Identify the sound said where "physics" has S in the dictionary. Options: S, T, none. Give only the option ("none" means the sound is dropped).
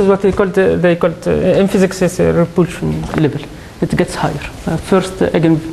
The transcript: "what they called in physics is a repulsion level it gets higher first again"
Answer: S